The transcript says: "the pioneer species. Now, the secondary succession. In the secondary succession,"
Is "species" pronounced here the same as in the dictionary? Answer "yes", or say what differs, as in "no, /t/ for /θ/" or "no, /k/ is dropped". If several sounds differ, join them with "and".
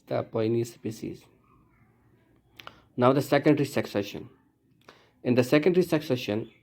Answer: no, /s/ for /ʃ/